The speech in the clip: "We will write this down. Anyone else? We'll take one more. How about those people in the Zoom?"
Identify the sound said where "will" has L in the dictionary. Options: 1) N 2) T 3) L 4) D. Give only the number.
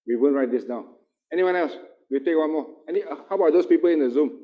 1